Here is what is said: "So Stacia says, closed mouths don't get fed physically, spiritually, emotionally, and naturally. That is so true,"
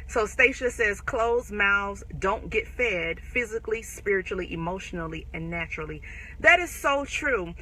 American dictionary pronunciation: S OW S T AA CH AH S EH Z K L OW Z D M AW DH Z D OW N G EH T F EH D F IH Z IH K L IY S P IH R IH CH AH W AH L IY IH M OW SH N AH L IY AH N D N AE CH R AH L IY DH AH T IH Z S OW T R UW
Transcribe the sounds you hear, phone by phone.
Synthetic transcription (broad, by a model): S OW S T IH SH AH S EH Z K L OW Z M AW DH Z D OW N G EH T F EH D F IH Z IH K L IY S P IH R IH CH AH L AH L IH M OW SH N L IY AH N N AE CH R L IY DH AH T IH Z S OW T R UW